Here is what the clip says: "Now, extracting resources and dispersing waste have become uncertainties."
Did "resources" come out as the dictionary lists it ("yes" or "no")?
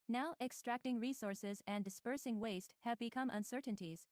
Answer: yes